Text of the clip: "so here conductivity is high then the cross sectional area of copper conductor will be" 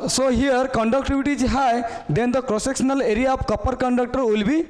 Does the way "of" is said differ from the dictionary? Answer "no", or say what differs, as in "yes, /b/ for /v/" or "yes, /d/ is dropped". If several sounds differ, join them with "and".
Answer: yes, /p/ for /v/